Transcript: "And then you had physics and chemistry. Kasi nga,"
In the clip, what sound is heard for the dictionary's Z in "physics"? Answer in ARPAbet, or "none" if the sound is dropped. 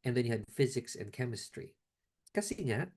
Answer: Z